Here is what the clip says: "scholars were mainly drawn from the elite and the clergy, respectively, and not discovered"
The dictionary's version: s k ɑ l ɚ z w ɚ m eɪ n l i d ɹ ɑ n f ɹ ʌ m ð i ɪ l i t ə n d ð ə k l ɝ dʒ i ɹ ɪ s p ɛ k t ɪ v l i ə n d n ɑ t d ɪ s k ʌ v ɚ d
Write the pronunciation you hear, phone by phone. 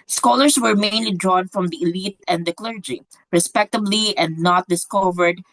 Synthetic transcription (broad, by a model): s k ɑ l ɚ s w ɚ m eɪ n l i d ɹ ɑ n f ɹ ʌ m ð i ɪ l i t ə n d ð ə k l ɝ dʒ i ɹ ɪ s p ɛ k t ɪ b l i ə n d n ɑ t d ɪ s k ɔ v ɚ d